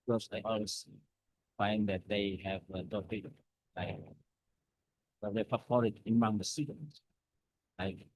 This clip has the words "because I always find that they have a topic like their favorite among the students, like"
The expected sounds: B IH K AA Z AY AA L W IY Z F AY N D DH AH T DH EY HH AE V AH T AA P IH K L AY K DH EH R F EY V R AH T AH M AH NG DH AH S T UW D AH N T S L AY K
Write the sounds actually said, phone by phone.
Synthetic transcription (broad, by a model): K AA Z AY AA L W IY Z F AY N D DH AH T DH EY HH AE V AH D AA IH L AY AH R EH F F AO R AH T AH M AH NG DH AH S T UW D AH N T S L AY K